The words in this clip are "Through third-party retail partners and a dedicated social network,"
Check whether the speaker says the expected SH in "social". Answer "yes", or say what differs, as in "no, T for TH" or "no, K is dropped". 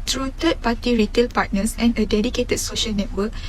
yes